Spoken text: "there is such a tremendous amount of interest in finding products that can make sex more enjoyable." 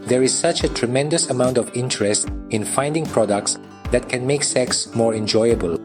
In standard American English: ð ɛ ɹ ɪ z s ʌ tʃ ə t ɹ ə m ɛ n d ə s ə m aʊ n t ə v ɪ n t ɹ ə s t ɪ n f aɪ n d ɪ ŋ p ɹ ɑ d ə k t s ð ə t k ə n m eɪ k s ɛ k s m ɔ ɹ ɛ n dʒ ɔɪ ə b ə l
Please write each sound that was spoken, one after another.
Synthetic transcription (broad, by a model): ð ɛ ɹ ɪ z s ʌ tʃ ə t ɹ ə m ɛ n d ə s ə m aʊ n t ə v ɪ n t ɹ ə s t ɪ n f aɪ n d ɪ ŋ p ɹ ɑ d ə k t s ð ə t k ə n m eɪ k s ɛ k s m ɔ ɹ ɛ n dʒ ɔɪ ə b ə l